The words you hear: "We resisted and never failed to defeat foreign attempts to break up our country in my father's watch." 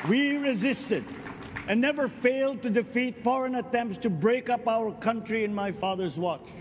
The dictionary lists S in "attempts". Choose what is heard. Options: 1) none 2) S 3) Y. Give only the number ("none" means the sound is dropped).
2